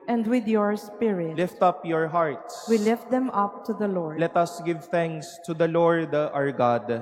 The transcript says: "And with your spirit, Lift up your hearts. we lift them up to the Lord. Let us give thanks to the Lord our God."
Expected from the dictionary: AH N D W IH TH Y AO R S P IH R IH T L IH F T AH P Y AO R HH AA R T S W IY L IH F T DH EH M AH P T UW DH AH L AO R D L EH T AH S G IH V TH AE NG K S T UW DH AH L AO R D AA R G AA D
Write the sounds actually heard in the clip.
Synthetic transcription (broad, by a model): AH N D W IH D Y AO R S P IH R IH T L IH F T AH P Y AO R HH AA R T S W IY L IH F T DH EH M AH P T UW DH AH L AO R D L EH T AH S G IH V TH AE NG K S T UW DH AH L AO R D AA R G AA D